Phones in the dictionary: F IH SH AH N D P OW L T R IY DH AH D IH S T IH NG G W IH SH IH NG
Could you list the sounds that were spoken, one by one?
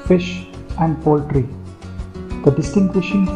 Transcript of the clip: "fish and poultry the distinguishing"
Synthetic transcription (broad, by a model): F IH SH AH N D P OW L T R IY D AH D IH S T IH NG G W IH SH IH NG